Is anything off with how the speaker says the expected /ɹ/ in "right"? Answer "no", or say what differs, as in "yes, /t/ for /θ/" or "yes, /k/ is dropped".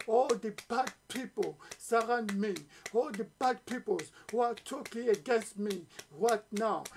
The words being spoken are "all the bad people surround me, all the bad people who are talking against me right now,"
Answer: yes, /w/ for /ɹ/